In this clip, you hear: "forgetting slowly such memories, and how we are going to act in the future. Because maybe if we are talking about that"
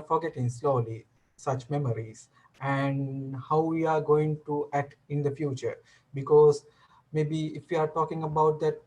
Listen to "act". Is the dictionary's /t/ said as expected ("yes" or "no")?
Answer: yes